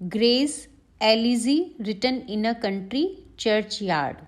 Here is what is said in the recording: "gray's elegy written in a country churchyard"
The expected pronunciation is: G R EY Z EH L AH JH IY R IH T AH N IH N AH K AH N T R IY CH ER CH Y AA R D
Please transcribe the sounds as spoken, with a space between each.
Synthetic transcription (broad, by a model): G R EY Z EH L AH Z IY R IH T AH N IH N AH K AH N T R IY CH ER CH Y AA R D